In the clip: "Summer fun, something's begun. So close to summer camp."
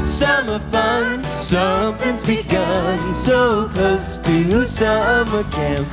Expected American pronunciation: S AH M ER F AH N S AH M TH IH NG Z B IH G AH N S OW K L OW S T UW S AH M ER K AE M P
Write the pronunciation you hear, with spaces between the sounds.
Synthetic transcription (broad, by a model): S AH M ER F AH N S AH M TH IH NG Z B IH G AH N S OW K OW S T UW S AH M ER K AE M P